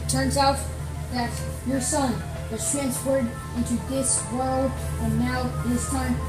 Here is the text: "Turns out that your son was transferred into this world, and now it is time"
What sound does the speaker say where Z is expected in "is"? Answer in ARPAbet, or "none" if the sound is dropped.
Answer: S